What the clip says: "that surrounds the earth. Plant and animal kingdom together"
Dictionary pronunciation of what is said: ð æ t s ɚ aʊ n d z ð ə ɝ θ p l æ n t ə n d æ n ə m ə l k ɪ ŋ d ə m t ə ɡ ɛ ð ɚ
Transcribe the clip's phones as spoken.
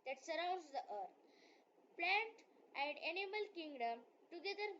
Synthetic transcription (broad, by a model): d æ t s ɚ aʊ n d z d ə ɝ t p l æ n t ə n d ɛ n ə m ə l k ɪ ŋ d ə m t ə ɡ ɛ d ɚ